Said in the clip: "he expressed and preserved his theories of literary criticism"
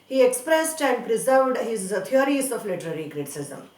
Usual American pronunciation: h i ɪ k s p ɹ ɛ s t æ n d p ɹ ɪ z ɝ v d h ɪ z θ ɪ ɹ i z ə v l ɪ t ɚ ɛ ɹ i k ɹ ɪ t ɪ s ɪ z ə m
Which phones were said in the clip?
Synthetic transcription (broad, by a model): h i ɪ k s p ɹ ɛ s t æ n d p ɹ ɪ z ɝ v d h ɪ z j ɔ ɹ i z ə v l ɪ t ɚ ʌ ɹ i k ɹ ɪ t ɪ s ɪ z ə m